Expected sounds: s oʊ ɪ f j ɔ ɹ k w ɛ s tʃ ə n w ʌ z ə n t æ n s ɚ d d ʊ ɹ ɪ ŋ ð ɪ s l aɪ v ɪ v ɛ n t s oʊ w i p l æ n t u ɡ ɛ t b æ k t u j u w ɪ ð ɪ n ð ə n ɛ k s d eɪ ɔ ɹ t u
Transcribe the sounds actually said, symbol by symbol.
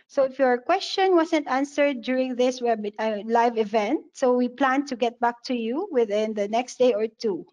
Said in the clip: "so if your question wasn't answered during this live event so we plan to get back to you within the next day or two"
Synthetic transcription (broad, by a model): s oʊ ɪ f j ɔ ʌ k w ɛ s tʃ ə n w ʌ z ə n t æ n s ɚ d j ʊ ɹ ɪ ŋ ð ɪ s l aɪ v ɪ v ɛ n t s oʊ w i p l æ n t u ɡ ɛ t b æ k t u j u w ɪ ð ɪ n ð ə n ɛ k s d eɪ ɔ ɹ t u